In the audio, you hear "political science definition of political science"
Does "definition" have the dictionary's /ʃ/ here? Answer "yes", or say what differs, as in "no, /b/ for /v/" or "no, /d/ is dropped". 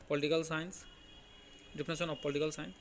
no, /s/ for /ʃ/